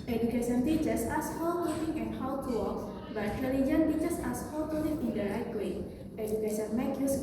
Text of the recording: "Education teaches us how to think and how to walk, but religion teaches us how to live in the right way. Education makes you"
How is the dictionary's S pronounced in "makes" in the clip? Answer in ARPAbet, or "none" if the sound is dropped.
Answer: none